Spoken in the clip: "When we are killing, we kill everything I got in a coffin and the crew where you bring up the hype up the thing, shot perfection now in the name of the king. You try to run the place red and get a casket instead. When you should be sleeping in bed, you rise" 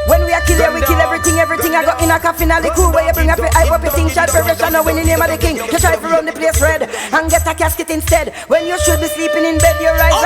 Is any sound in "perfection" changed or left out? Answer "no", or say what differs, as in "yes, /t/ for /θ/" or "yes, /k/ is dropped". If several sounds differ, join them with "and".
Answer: yes, /f/ is dropped and /k/ is dropped